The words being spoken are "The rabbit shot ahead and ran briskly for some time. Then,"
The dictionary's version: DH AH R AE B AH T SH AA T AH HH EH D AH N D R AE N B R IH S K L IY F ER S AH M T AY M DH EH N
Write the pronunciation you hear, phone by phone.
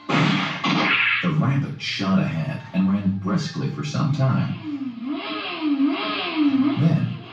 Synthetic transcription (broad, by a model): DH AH R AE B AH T SH AA T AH HH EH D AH N R AE N B R IH S K L IY F ER S AH M T AY M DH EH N